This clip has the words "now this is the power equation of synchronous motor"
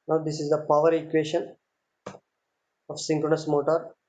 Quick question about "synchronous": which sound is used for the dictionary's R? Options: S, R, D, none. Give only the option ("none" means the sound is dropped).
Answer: R